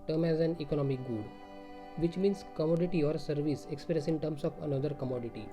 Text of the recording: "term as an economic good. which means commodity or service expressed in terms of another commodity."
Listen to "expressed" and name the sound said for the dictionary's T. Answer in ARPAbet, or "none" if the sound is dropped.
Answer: none